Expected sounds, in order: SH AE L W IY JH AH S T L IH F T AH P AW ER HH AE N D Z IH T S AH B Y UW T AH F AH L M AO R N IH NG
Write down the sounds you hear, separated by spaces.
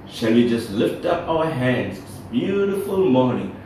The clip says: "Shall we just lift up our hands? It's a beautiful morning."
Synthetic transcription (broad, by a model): SH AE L W IY JH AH S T L IH F T AH P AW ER HH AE N D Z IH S B Y UW T AH F AH L M AO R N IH NG